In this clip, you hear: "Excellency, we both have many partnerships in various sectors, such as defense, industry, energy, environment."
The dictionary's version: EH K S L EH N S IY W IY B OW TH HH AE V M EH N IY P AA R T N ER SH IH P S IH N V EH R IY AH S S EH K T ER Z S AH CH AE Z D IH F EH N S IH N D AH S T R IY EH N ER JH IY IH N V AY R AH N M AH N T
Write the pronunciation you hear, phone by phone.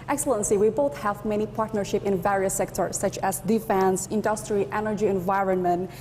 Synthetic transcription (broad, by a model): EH K S L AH N S IY W IY B OW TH HH AE V M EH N IY P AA R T N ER SH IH P IH N V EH R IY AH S S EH K T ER S AH CH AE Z D IH F EH N S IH N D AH S T R IY EH N ER JH IY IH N V AY R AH N M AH N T